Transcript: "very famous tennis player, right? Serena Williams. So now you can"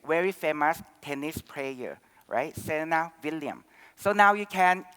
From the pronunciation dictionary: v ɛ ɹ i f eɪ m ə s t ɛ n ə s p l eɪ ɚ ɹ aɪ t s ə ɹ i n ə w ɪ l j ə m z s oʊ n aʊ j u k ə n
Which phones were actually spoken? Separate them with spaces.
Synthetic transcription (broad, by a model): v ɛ ɹ i f eɪ m ə s t ɛ n ə s p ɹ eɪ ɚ ɹ aɪ t s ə n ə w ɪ l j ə m s oʊ n aʊ j u k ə n